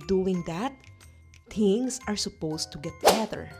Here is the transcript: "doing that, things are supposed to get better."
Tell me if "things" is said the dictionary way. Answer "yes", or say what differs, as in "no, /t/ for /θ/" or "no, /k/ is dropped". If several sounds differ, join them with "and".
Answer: no, /t/ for /θ/ and /s/ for /z/